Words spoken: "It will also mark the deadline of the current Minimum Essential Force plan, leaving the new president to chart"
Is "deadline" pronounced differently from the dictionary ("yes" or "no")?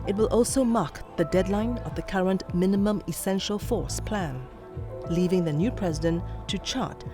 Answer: no